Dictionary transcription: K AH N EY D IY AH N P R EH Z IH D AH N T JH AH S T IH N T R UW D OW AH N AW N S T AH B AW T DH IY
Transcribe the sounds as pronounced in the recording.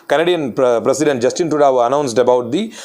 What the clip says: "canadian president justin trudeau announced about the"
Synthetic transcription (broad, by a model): K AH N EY D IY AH N P R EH S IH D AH N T JH AH S T IH N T UW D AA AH N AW N S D AH B AW T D IY